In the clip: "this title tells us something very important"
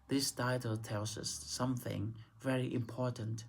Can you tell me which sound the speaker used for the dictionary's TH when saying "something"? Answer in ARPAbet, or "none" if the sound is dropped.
TH